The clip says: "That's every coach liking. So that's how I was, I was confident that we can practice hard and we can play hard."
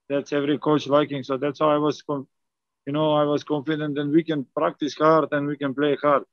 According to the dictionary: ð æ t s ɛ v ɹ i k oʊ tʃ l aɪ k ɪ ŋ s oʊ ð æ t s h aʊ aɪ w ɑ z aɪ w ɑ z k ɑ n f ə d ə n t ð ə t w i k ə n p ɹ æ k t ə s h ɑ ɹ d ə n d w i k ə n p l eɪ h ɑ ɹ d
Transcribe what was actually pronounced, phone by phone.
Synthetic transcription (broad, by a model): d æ t s ɛ v ɹ i k oʊ tʃ l aɪ k ɪ ŋ s oʊ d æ t s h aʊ aɪ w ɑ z aɪ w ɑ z k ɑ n f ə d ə n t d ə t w i k ə n p ɹ æ k t ə s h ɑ ɹ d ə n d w i k ə n p l eɪ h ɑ ɹ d